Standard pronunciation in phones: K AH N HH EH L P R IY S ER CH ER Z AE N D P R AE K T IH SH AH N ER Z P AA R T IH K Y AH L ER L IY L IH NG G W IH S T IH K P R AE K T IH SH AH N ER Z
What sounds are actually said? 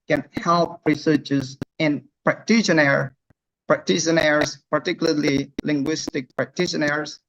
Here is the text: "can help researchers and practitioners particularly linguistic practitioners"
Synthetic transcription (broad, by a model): K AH N HH EH L P R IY S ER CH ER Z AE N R P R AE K T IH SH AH N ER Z P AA R T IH K Y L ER L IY L IH NG G W IH S T IH K P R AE K T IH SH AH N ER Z